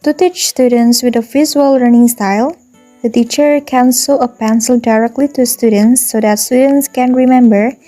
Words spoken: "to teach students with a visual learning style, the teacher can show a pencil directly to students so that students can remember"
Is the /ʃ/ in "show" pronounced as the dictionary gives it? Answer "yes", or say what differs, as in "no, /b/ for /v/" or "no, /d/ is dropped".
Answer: no, /s/ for /ʃ/